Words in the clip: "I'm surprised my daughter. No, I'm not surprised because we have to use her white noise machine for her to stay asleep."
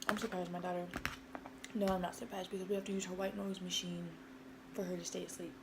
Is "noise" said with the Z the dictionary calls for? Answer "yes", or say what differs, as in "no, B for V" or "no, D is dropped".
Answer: yes